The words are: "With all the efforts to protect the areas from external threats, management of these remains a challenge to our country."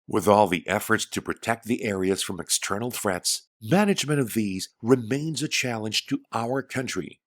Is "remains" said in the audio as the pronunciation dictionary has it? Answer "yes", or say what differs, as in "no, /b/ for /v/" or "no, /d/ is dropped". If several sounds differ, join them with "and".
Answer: yes